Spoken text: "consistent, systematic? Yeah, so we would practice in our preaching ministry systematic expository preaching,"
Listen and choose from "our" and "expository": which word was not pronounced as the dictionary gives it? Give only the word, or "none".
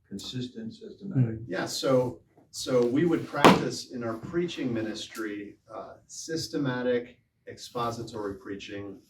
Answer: none